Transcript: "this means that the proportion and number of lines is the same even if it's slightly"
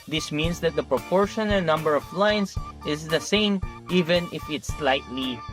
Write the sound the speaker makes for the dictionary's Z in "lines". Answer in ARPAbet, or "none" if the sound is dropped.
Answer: S